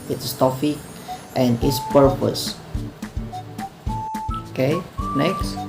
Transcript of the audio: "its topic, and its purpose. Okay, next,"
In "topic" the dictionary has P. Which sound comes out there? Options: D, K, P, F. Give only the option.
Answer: F